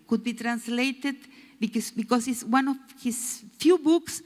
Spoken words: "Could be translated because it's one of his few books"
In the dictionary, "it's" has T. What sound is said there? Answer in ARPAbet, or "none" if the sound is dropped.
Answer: S